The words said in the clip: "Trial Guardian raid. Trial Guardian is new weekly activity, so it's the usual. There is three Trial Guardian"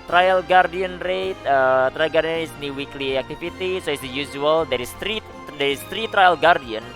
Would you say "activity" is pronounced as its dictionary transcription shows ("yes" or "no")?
no